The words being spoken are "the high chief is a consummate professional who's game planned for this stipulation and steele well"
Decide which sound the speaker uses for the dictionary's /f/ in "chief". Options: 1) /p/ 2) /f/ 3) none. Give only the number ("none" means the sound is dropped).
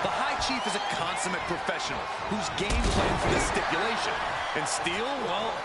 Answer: 2